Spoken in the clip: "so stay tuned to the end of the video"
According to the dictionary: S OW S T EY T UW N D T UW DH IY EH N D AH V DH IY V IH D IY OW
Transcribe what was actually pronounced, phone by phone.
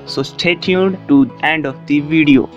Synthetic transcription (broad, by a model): S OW S T EY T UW D T UW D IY EH N D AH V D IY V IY D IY OW